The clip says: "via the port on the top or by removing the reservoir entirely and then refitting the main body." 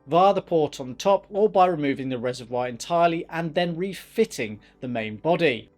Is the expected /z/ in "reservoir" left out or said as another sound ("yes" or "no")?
no